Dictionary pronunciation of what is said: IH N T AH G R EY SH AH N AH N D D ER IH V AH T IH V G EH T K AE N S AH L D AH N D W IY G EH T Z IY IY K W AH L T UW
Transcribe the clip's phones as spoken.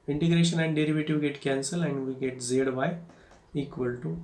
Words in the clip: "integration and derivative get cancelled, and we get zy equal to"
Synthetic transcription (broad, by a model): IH N T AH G R EY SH AH N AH N D D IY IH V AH T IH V G EH T K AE N S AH L AH N D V IY G EH T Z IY IY K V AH L T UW